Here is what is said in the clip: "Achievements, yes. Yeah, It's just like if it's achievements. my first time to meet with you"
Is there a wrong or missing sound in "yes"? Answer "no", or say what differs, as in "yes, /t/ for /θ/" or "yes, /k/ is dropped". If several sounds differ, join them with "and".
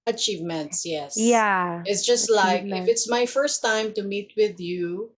no